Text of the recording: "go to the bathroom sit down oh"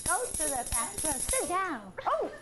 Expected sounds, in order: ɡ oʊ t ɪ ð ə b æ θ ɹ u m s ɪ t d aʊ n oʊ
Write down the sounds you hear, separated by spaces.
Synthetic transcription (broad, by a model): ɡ oʊ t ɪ ð ə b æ s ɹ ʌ s ɪ t d aʊ n oʊ